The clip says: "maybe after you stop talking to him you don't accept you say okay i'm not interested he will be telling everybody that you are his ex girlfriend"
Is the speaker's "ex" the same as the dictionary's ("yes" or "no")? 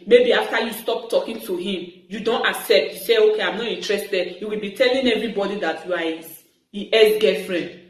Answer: no